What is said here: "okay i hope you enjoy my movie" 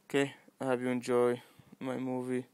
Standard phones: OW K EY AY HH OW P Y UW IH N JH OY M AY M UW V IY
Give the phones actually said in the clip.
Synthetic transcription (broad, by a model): K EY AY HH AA B Y UW IH N JH OY M AY M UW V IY